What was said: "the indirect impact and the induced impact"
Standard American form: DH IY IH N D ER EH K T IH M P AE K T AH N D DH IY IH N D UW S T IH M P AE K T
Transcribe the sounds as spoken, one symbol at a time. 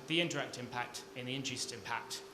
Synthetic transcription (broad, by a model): DH IY IH N D ER EH K T IH M P AE K T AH N DH IY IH N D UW S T IH M P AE K T